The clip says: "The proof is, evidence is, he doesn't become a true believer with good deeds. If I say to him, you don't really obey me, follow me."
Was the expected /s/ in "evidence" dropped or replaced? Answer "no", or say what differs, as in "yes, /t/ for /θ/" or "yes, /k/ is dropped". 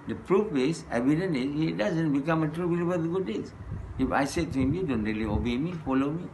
yes, /s/ is dropped